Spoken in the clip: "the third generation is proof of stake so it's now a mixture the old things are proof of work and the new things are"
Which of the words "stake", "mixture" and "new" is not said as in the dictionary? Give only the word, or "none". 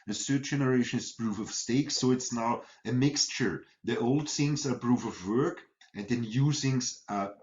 none